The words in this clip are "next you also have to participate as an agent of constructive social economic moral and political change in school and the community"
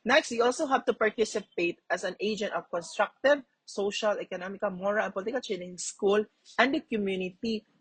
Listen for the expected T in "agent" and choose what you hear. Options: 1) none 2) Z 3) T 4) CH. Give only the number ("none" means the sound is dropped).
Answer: 3